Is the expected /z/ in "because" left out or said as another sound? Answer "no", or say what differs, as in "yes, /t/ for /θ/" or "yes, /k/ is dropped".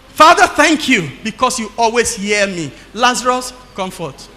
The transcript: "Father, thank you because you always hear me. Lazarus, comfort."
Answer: yes, /s/ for /z/